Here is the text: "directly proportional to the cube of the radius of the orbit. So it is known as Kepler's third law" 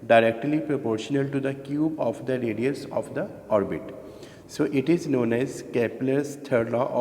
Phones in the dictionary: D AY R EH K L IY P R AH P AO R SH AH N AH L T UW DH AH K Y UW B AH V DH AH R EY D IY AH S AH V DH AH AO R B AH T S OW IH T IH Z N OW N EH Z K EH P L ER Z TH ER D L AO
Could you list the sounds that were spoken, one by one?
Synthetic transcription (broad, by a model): D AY R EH K L IY P R AH P AO R SH AH N AH L T UW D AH K Y UW B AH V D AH R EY D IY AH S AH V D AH AO R B AH T S OW IH T IH Z N OW N EH Z K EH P L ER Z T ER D L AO